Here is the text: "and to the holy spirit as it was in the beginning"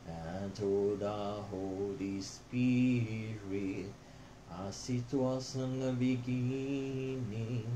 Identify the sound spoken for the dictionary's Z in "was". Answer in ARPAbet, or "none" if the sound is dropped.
S